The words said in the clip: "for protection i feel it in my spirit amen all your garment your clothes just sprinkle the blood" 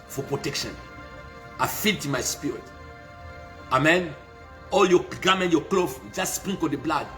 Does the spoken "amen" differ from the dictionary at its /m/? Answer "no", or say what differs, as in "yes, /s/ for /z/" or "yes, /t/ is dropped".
no